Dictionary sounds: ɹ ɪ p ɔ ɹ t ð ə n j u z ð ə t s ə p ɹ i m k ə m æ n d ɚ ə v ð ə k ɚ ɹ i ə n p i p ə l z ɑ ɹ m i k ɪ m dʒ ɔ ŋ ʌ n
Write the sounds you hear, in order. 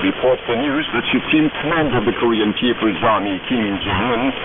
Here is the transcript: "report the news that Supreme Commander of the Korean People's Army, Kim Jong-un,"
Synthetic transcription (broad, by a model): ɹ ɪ p ɔ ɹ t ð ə n j u z ð ə t ʃ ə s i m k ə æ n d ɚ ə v ð ə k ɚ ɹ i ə n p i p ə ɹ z ɑ ɹ m i k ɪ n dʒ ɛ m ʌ n